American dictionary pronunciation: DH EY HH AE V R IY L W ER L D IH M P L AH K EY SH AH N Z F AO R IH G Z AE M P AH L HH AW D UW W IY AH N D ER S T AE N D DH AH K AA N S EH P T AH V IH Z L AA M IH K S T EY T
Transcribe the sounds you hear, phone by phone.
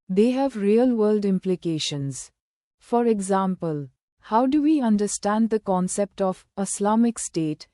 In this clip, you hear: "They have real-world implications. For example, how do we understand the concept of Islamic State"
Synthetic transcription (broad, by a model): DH EY HH AE V R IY L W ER L D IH M P L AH K EY SH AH N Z F AO R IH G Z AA M P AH L HH AW D UW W IY AH N D ER S T AE N D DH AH K AA N S EH P T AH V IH S L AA M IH K S T EY T